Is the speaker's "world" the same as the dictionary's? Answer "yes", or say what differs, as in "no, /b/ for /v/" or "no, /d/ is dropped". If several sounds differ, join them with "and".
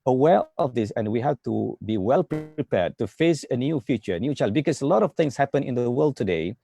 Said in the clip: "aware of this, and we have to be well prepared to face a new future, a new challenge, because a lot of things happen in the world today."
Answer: yes